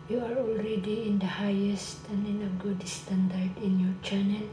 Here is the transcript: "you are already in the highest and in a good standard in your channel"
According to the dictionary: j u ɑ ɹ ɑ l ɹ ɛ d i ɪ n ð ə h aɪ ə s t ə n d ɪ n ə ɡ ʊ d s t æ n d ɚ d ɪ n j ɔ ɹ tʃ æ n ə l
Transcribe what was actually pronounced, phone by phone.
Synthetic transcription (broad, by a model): j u ɑ ɹ ɑ l ɹ ɛ d i ɪ n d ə h aɪ ə s t ə n d ɪ n ə ɡ ʊ d s t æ n d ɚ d ɪ n j ɔ ɹ tʃ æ n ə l